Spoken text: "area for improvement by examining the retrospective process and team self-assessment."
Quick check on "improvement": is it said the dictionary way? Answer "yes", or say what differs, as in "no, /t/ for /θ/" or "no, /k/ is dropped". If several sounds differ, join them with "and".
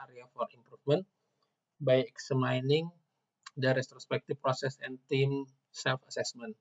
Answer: no, /f/ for /v/